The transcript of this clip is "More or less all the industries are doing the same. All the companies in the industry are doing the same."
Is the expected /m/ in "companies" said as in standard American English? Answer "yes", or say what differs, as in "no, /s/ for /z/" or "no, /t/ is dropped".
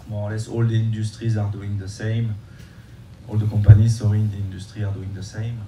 no, /m/ is dropped